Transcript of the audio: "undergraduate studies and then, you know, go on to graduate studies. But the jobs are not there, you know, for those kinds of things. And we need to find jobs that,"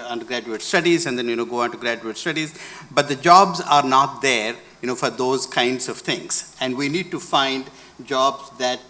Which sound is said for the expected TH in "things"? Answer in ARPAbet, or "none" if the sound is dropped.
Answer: T